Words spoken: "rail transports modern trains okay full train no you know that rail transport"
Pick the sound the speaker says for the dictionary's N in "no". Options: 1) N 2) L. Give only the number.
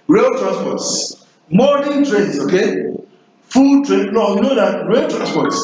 2